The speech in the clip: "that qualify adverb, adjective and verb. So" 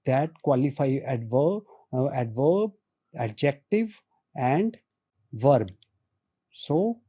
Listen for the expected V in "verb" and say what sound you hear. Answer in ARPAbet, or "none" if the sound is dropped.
V